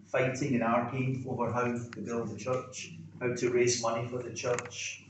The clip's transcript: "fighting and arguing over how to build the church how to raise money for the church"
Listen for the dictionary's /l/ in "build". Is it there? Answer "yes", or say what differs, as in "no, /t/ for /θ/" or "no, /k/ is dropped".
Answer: yes